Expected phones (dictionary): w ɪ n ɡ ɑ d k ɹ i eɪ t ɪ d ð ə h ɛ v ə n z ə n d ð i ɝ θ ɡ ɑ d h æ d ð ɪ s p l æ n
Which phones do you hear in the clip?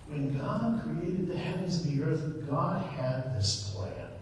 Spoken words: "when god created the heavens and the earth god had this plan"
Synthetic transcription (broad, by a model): w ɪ n ɡ ɑ d k ɹ i eɪ t ɪ d ð ə h ɛ v ə n z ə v ð i ɝ θ ɡ ɑ d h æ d ð ɪ s p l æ n